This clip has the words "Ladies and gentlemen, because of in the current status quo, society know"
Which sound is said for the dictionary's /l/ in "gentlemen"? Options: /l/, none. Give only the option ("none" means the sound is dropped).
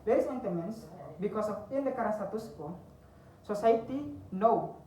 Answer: none